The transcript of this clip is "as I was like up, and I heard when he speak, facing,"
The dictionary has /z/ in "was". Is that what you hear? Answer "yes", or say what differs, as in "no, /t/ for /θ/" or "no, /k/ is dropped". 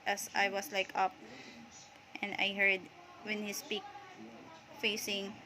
no, /s/ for /z/